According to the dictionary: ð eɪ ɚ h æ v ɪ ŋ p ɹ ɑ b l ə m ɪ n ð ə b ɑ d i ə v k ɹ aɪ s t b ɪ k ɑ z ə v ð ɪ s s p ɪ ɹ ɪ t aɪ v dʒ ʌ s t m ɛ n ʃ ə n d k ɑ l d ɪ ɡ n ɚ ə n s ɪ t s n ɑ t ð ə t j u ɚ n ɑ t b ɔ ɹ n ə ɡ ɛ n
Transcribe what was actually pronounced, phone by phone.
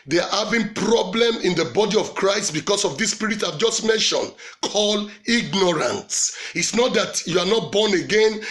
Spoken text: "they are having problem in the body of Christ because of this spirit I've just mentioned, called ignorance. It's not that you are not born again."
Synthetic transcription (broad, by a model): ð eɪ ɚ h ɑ v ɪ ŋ p ɹ ɑ b l ə m ɪ n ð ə b ɑ d i ə v k ɹ aɪ s t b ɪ k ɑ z ə v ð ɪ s s p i ɹ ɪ t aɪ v dʒ ʌ s t m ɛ n ʃ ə n k ɑ l ɪ ɡ n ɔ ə n s ɪ t s n ɑ t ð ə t j u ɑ n ɑ t b ɔ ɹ n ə ɡ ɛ n